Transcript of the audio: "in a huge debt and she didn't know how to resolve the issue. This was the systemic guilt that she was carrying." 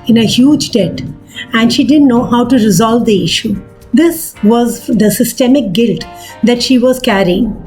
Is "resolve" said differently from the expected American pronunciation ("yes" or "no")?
no